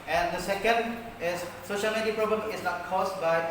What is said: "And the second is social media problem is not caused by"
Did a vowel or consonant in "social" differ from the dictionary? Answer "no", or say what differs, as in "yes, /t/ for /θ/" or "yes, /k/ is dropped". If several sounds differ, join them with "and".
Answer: no